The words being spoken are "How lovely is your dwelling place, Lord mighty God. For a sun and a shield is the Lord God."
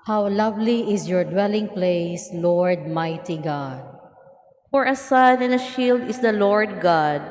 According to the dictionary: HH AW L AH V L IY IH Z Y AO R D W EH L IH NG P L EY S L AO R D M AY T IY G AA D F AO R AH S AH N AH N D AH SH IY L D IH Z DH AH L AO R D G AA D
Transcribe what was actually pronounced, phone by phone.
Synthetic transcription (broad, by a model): HH AW L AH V L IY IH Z Y AO R D W EH L IH NG P L EY S L AO R D M AY T IY G AA D F AO R AH S AH N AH N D AH SH IY L D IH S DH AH L AO R D G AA D